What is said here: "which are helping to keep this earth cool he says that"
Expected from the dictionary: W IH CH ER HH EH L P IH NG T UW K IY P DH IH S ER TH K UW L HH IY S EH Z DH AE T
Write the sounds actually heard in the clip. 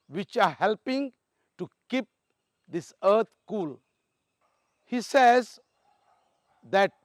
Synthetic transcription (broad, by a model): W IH CH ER HH EH L P IH NG T UW K IY P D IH S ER T K UW L HH IY S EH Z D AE T